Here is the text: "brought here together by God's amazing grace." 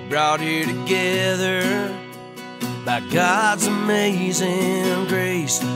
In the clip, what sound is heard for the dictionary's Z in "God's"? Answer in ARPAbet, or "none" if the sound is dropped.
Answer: Z